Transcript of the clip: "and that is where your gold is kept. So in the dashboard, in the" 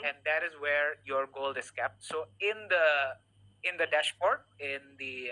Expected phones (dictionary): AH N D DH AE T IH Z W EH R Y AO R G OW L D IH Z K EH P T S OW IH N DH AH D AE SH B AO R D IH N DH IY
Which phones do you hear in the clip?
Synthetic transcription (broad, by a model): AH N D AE T IH Z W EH R Y AO R G OW L IH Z K EH P T S OW IH N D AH D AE SH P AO R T IH N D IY